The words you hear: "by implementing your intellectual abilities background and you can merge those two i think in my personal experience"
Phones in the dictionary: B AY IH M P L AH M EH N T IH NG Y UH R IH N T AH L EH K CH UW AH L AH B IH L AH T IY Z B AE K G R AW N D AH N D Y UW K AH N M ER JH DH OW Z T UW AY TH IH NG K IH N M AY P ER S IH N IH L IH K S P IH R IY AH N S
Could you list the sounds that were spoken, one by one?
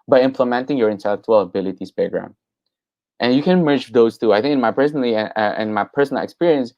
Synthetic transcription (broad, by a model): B AY IH M P L AH M EH N T IH NG Y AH R IH N T AH L EH K CH UW AH L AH B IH L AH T IY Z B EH G R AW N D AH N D Y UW K AH N M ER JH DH OW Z T UW AY TH IH NG K IH N M AY P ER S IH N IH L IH K S P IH R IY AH N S